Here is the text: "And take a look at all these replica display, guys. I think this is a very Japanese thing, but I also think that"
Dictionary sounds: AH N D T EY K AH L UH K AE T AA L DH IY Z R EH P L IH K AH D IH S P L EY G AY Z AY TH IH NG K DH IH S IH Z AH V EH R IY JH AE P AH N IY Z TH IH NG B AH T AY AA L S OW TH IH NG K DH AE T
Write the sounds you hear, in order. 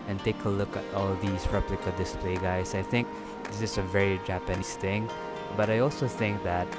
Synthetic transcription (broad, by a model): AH N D T EY K AH L UH K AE T AA L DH IY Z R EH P L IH K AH D IH S P L EY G AY S AY TH IH NG K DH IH S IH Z AH V EH R IY JH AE P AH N IY S TH IH NG B AH T AY AA L S OW TH IH NG K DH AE T